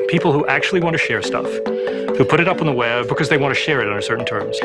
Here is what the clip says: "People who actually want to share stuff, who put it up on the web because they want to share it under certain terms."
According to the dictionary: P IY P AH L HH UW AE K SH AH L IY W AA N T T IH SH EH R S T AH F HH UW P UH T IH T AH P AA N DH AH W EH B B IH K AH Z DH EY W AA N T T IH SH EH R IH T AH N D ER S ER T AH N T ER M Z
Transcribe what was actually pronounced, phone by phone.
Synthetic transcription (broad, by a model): P IY P L HH UW AE K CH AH L IY W AA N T T IH SH EH R S T AH F HH UW P UH T IH T AH P N DH AH W EH B B IH K AH Z DH EY W AA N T T IH SH EH R IH T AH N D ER S ER T N T ER M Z